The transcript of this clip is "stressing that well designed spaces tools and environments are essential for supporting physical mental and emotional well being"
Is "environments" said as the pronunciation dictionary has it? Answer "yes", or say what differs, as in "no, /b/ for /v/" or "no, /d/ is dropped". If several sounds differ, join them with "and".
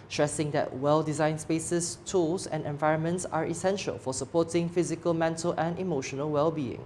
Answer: yes